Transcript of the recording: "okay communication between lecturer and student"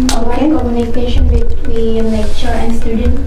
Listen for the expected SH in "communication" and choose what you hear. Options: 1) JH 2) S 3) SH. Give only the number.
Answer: 3